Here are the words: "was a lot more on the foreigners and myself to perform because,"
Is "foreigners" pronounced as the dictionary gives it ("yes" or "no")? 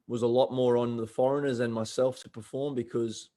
yes